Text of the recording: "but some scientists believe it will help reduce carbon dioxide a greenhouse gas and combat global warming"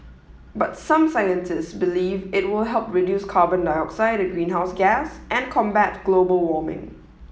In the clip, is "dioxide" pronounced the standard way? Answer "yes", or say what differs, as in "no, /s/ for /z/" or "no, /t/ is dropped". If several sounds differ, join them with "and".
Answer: yes